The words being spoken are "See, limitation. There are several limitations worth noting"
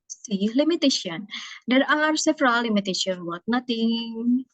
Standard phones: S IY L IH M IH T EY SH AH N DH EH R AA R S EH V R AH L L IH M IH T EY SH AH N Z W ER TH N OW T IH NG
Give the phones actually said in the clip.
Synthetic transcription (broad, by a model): S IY L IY M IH T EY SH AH N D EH R AA R S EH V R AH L L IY M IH T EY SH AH N W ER T N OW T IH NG